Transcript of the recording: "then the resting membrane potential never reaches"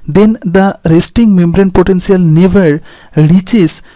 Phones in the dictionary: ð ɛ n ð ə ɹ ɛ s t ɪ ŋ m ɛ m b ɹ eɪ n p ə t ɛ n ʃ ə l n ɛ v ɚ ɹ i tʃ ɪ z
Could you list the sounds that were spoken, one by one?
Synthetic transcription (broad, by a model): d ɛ n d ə ɹ ɛ s t ɪ ŋ m ɛ m b ɹ eɪ n p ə t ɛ n s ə l n ɛ v ɚ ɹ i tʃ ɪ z